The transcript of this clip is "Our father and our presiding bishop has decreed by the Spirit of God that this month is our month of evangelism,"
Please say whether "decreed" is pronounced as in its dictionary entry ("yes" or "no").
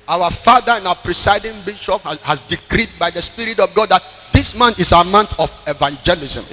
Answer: yes